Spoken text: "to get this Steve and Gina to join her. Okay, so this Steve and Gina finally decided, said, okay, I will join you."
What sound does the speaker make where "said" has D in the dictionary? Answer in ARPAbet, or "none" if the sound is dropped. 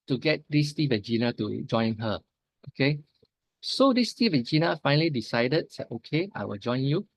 none